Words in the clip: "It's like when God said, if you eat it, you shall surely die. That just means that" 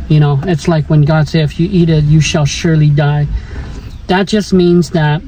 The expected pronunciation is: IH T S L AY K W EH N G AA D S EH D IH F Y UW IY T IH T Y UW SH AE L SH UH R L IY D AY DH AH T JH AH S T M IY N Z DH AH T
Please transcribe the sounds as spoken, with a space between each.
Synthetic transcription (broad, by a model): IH T S L AY K W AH N G AA D S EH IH IH F Y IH IY T IH T Y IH SH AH L SH UH R L IY D AY DH AH T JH AH S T M IY N Z DH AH T